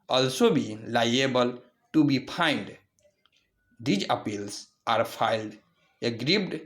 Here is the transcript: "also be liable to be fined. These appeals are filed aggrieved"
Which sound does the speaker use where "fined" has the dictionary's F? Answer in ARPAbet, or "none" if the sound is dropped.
P